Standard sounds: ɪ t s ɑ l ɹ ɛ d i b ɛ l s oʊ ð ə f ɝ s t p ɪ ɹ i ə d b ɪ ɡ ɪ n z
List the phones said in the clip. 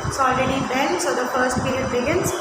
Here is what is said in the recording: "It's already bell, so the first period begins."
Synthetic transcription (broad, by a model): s ɑ l ɹ ɛ d i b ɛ n s oʊ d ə f ɝ s t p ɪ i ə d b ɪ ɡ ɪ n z